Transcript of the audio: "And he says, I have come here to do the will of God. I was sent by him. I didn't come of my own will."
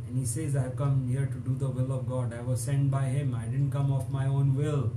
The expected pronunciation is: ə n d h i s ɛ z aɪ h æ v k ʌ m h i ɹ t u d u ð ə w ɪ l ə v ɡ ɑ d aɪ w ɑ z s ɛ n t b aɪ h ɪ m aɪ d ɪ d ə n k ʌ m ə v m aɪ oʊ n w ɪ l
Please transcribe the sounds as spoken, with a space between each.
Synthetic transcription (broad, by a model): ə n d h i s ɛ z aɪ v k ʌ m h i ɹ t u d u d ə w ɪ l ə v ɡ ɑ d aɪ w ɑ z s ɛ n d b aɪ h ɪ m aɪ d ɪ d ə n k ʌ m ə f m aɪ oʊ n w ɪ l